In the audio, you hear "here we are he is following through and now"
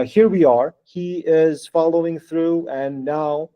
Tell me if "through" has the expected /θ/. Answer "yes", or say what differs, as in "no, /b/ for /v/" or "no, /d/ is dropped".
yes